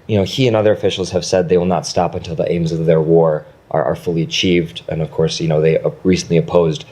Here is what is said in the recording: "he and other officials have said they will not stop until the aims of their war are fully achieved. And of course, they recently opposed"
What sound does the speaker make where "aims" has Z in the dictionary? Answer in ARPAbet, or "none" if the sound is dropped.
Z